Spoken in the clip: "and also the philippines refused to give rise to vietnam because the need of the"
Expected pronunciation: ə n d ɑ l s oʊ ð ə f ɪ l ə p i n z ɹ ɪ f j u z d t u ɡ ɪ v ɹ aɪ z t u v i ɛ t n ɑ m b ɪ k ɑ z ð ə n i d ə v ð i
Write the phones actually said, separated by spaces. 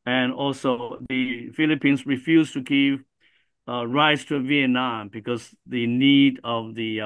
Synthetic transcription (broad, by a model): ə n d ɑ l s oʊ ð ə f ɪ l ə p i n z ɹ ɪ f j u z t u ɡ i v ɹ aɪ s t u v i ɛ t n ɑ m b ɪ k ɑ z ð ə n i d ə v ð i